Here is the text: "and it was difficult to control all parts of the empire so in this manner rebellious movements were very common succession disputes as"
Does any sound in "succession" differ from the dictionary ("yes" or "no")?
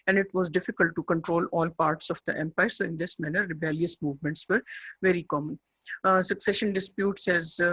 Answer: no